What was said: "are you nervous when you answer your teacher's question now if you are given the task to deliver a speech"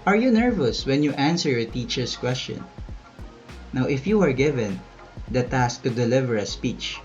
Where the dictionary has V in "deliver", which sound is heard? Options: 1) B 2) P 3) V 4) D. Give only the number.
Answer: 3